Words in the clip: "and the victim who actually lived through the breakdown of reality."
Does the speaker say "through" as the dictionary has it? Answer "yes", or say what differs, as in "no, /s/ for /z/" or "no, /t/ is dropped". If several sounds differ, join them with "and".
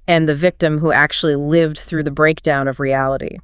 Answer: yes